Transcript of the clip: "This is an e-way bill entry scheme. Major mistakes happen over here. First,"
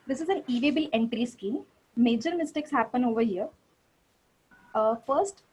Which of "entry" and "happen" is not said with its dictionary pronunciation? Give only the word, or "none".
none